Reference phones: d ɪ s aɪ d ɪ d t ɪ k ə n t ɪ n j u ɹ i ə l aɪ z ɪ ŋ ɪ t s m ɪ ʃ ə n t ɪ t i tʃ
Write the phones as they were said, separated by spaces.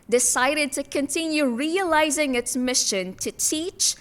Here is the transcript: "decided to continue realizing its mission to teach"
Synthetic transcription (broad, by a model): d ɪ s aɪ d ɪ d t ɪ k ə n t ɪ n j u ɹ i ə l aɪ z ɪ ŋ ɪ t s m ɪ ʃ ə n t ɪ t i tʃ